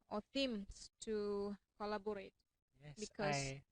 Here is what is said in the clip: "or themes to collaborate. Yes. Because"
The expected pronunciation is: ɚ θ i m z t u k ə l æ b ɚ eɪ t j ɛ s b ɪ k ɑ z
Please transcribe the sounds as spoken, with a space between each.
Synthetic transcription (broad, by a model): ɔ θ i m s t u k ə l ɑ b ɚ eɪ t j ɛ b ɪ k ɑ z